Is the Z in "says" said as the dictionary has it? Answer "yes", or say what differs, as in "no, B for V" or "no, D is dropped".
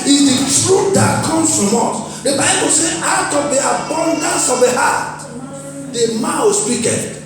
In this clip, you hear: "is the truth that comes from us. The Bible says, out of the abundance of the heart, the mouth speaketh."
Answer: no, Z is dropped